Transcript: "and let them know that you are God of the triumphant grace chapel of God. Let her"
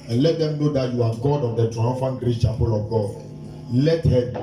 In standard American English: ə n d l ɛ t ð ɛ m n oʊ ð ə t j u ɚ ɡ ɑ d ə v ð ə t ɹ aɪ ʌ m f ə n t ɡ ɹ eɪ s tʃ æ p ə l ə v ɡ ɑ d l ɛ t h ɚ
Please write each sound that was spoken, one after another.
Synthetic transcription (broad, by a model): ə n l ɛ t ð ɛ m n oʊ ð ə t j u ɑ ɡ ɑ d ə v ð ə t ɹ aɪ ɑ f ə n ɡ ɹ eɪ tʃ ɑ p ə l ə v ɡ ɑ d l ɛ t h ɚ